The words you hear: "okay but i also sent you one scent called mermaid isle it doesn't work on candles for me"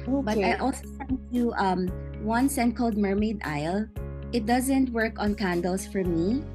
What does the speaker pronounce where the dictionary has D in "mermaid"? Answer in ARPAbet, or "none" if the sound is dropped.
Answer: D